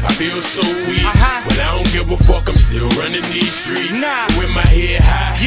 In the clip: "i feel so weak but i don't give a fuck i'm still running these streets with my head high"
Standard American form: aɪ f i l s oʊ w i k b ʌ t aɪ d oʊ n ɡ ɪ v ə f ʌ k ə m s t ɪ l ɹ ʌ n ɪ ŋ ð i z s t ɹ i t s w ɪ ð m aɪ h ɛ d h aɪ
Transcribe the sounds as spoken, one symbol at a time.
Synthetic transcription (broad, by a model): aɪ f i l s oʊ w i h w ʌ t aɪ d oʊ n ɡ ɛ w ə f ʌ k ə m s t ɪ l ɹ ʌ n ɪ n ð i z s t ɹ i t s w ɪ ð m aɪ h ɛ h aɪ